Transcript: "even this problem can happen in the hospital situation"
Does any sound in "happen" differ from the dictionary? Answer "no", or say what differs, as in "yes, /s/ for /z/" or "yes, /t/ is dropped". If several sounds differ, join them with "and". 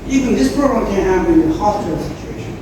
yes, /p/ is dropped and /n/ is dropped